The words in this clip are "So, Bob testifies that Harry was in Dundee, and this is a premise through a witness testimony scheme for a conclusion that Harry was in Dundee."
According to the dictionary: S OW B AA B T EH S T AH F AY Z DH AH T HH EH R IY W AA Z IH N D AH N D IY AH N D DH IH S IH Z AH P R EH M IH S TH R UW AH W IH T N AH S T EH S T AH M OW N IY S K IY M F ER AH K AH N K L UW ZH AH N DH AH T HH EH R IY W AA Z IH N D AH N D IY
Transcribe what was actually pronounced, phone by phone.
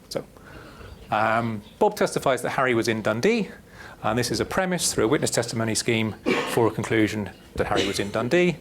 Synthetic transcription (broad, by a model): S OW B AA B T EH S T AH F AY Z DH AH T HH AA R IY W AA Z IH N D AH N D IY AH N DH IH S IH Z AH P R EH M IH S TH R UW AH W IH T N AH S T EH S T AH M OW N IY S K IY M F ER AH K AH N K L UW ZH AH N DH AH T HH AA R IY W AA Z IH N D AH N D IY